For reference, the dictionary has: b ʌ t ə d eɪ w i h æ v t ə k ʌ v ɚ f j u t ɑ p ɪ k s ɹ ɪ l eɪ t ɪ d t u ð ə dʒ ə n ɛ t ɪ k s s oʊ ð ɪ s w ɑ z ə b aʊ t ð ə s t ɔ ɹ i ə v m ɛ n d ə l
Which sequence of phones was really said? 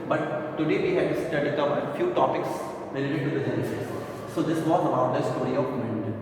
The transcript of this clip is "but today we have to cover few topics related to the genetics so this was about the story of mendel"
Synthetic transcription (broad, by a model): b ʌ t ə d eɪ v i h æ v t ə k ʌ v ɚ f j u t ɑ p ɪ k s ɹ ɪ l eɪ t ɪ d t u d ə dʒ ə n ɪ s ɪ s s oʊ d ɪ s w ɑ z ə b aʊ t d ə s t ɔ ɹ i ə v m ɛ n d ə